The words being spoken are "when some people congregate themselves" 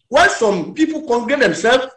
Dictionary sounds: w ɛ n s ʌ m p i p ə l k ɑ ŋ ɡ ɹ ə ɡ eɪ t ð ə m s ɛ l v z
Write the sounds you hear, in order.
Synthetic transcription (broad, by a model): w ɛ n s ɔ m p i p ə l k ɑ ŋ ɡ ə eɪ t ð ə m s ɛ l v